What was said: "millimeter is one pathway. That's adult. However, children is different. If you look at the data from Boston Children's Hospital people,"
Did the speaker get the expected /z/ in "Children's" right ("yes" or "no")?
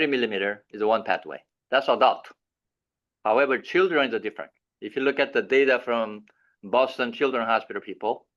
no